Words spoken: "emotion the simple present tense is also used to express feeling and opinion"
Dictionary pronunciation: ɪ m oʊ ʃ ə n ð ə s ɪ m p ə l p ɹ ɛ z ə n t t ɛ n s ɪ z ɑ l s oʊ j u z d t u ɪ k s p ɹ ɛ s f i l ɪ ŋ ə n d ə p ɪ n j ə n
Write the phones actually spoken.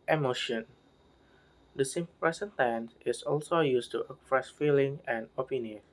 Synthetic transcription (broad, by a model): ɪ m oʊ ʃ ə n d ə s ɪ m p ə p ɹ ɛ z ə n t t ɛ n ɪ s ɑ l s oʊ j u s t u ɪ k p ɹ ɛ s f i l ɪ ŋ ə n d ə p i n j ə n